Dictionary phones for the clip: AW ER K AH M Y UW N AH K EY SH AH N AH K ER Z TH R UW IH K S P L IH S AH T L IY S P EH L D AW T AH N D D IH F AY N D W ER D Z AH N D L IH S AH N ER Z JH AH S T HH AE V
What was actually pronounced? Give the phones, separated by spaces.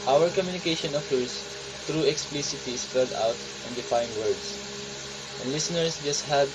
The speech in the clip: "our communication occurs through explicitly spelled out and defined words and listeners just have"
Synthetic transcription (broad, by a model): AW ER K AH M Y UW N AH K EY SH AH N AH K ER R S R UW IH K S P L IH S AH T IY S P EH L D AW T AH N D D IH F AY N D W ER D S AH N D L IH S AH N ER S JH AH S T HH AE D